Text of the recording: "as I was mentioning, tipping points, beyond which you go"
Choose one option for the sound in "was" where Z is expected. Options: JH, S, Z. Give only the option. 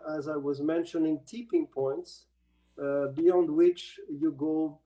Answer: Z